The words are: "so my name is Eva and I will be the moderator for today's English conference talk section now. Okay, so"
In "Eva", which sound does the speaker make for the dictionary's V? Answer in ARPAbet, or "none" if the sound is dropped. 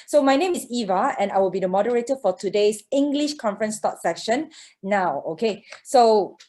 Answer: V